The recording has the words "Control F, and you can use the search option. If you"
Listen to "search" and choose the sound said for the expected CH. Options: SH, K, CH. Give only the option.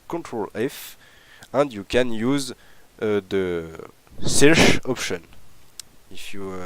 SH